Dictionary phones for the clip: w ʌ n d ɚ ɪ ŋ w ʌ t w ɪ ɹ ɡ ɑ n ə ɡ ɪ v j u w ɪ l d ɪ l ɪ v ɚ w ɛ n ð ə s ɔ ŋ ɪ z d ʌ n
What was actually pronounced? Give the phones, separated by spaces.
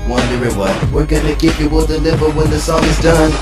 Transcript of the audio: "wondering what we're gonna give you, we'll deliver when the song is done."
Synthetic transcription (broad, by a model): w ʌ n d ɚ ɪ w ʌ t w ɪ ɹ ɡ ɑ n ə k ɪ p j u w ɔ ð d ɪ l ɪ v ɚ w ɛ n ð ə s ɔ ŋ ɪ z d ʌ n